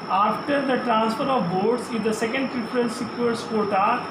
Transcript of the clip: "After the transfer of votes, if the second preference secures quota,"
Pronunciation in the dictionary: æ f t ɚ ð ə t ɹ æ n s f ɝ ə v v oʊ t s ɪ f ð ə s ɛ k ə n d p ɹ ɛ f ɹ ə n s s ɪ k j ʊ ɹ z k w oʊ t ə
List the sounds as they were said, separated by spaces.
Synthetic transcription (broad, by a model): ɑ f t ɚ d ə t ɹ æ n s f ɝ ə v b oʊ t s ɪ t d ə s ɛ k ə n d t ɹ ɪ p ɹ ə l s s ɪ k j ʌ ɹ s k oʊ t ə